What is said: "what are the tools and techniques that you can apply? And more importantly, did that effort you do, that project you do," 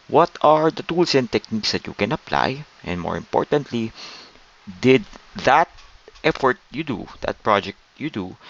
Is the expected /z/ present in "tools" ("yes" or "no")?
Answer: no